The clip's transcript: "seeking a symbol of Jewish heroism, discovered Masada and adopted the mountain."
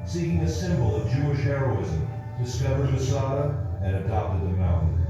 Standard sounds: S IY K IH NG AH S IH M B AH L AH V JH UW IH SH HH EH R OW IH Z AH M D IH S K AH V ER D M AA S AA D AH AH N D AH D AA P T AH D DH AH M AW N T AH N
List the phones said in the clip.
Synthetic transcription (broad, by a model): S IY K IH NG AH S IH M B L AH V JH UW IH SH HH EH R OW IH Z AH M D IH S K AH V ER D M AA S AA D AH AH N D AH D AA P T AH D DH AH M AW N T N